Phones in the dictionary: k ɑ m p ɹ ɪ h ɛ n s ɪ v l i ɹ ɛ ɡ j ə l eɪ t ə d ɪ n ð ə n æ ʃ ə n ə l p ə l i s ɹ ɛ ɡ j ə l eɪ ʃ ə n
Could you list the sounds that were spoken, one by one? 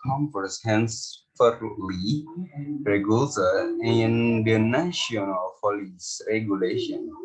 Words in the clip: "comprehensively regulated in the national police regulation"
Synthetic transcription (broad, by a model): k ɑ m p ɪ h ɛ n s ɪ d l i ɹ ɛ ɡ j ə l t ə ɪ n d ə n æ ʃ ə n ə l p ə l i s ɹ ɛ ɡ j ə l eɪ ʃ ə n